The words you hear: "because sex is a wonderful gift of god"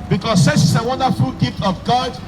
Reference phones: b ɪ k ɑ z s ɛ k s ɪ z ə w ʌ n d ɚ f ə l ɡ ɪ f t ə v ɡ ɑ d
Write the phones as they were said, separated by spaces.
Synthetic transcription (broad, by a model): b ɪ k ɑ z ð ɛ s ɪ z ə w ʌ n d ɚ f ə l ɡ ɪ f t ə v ɡ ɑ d